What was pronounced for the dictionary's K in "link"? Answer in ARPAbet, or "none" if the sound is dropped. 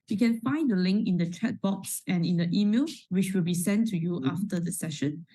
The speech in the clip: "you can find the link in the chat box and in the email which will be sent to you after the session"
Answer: K